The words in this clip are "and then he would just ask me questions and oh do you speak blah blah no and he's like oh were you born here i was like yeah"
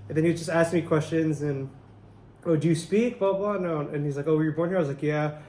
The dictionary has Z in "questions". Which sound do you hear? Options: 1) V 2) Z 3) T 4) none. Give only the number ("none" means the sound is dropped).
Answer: 2